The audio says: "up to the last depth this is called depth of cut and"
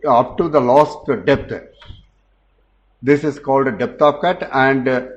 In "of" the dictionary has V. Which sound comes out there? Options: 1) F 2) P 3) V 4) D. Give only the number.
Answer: 2